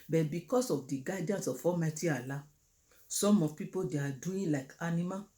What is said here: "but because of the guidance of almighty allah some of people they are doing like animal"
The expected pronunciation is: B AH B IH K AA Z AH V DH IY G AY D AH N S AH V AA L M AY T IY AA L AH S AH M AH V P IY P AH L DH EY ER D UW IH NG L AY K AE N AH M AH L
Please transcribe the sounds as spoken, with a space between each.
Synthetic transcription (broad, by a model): B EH B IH K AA S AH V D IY G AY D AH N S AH F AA M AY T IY AA L AH S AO M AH P IY P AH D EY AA D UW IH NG L AY K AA N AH M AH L